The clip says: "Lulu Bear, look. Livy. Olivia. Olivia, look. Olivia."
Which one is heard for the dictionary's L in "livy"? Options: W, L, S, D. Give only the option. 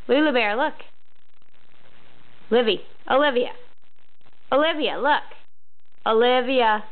L